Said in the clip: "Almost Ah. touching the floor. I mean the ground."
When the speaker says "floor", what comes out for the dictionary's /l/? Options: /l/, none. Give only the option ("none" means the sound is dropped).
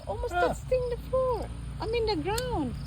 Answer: none